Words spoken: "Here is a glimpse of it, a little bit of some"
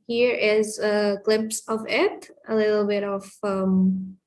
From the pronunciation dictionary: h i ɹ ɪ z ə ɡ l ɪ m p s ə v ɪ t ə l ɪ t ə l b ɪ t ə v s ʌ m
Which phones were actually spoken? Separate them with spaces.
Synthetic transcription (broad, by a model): h i ɹ ɪ z ə ɡ l ɪ m p s ə v ɪ t ə l ɪ t l b ɪ t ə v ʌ m